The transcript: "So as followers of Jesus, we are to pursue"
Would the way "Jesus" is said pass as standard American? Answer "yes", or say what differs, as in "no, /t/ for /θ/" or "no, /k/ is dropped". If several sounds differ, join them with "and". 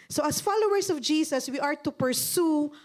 no, /s/ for /z/